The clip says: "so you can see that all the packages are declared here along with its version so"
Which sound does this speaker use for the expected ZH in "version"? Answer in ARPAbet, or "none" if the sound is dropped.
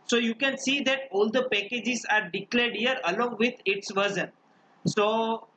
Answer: Z